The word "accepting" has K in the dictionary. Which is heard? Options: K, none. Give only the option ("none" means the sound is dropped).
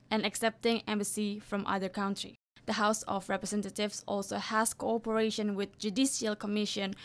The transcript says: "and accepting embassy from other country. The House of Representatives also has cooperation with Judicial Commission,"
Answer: K